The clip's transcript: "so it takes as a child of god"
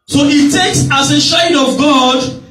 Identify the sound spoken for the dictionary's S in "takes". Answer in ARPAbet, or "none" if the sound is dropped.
S